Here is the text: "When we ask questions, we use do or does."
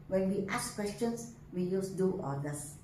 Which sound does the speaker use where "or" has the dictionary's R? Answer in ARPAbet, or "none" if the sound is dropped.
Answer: L